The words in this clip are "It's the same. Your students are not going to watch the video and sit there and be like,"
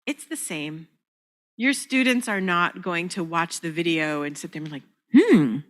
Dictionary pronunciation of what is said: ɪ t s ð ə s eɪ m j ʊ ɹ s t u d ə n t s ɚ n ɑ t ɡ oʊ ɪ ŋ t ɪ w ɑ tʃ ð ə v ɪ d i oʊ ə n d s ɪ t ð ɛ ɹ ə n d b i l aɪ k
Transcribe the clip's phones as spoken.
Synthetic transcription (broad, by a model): ɪ t s ð ə s eɪ m j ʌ ɹ s t u d n t s ɚ n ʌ t ɡ oʊ ɪ ŋ t ɪ w ɑ tʃ ð ə v ɪ d i oʊ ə n s ɪ t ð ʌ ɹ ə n l aɪ k